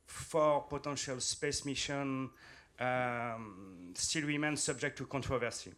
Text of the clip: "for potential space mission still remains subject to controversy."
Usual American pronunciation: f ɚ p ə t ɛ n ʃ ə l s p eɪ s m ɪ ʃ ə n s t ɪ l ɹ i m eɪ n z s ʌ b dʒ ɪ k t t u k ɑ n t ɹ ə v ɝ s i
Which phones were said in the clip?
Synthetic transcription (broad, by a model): f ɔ p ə t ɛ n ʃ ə l s p eɪ s m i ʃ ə n s t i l w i m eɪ n s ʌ b dʒ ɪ k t t u k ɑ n t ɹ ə v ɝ s i